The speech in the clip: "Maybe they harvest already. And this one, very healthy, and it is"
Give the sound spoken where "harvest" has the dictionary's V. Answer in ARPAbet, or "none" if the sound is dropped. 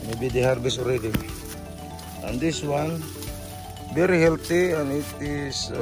B